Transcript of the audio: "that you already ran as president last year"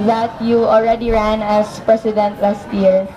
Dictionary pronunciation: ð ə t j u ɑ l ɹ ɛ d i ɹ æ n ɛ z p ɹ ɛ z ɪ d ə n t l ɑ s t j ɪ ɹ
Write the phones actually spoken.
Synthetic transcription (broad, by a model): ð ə t j u ɑ l ɹ ɛ d i ɹ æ n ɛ s p ɹ ɛ s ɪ d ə n t l ɑ s t j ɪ ɹ